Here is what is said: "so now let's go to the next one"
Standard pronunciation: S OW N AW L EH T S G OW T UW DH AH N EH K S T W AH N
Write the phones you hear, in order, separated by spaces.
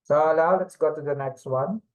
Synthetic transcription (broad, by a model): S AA L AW L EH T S G OW T UW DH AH N EH K S T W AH N